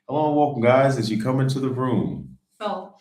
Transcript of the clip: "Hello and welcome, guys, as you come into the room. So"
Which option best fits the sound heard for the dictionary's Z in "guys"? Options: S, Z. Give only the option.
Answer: Z